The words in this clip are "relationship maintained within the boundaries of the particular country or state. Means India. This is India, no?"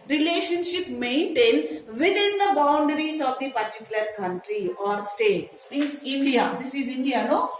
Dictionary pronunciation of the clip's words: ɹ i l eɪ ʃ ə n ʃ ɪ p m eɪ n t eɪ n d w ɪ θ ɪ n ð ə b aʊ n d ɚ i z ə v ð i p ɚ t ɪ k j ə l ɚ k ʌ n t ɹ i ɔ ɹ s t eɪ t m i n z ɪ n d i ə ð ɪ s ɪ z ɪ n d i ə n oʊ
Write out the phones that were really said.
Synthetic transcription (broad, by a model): ɹ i l eɪ ʃ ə n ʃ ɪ p m eɪ n t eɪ n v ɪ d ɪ n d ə b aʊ n d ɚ i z ə v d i p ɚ t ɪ k j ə l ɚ k ʌ n t ɹ i ɔ ɹ s t eɪ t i z ɪ n d i ə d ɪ s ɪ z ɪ n d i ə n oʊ